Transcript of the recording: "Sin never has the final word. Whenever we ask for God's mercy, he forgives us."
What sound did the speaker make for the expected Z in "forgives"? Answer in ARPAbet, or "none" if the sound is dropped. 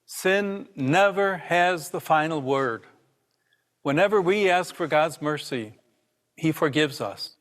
Z